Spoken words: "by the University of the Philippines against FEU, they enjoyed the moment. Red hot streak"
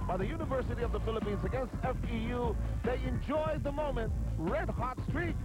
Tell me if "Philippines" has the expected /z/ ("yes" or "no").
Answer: yes